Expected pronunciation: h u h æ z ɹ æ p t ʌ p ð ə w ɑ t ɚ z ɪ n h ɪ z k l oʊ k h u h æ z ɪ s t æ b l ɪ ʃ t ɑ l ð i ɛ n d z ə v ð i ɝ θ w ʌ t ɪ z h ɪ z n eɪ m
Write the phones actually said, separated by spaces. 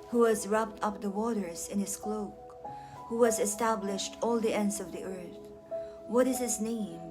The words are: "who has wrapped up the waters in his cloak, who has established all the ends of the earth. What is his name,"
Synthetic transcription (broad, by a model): h u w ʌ z ɹ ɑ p t ʌ p ð ə w ɑ t ɚ z ɪ n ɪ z k l oʊ k h u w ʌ z ɪ s t æ b l ɪ ʃ t ɑ l ð i ɛ n d z ə v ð i ɝ θ w ʌ t ɪ z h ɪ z n eɪ m